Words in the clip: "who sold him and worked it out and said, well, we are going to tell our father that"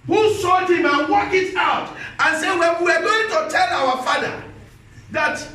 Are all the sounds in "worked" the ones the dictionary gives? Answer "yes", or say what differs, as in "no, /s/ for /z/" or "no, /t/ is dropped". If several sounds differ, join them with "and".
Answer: no, /t/ is dropped